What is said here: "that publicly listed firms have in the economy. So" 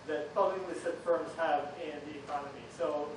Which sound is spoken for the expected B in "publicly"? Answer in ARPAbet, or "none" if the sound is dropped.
none